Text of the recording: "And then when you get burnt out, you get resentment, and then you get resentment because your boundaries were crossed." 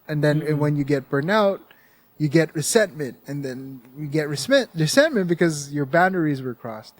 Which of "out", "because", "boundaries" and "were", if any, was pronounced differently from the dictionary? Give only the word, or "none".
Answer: none